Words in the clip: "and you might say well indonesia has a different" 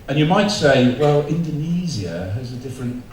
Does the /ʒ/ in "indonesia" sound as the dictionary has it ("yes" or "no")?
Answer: no